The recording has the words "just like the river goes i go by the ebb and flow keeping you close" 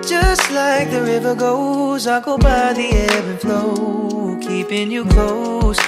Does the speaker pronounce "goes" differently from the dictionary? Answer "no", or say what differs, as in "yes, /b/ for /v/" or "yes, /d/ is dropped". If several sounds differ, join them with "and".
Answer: no